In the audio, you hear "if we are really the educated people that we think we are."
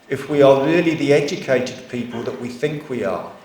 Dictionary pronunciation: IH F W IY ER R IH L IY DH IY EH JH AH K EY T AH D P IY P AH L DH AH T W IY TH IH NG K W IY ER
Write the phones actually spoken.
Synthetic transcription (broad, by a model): IH F W IY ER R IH L IY DH IY EH JH AH K EY T AH D P IY P AH L DH AH T W IY TH IH NG K W IY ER